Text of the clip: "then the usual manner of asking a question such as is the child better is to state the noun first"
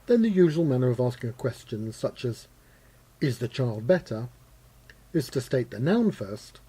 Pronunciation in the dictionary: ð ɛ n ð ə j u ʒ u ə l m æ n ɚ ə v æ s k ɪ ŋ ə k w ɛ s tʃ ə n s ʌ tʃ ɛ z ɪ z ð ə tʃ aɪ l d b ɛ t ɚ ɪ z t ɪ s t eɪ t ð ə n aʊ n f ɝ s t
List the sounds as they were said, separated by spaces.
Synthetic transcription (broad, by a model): ð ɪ n ð ə j u ʒ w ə l m æ n ɚ ə v æ s k ɪ ŋ ə k w ɛ s tʃ ə n s ʌ tʃ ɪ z ɪ z ð ə tʃ aɪ l d b ɛ t ɚ ɪ z t ɪ s t eɪ t ð ə n aʊ n f ɝ s t